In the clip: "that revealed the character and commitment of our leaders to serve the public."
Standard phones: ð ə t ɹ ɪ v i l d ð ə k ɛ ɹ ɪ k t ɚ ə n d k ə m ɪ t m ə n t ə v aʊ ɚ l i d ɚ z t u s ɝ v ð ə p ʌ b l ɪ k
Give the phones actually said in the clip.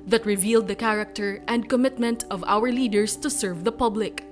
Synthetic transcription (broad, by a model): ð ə t ɹ ɪ v i l d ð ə k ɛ ɹ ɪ k t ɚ ə n d k ə m ɪ t m ə n t ə v aʊ ɚ l i d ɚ s t u s ɝ v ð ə p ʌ b l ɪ k